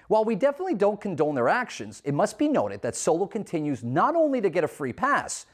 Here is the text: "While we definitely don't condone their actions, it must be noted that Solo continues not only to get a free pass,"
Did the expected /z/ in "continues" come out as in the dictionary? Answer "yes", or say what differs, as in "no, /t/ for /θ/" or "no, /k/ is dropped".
yes